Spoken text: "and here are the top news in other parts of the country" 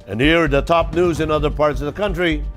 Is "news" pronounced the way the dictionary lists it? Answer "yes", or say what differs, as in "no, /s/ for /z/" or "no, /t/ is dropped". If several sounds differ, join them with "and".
yes